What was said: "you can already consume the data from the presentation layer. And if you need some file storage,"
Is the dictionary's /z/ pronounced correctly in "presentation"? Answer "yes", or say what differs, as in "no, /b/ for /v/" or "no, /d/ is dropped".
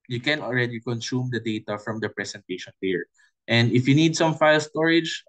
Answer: no, /s/ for /z/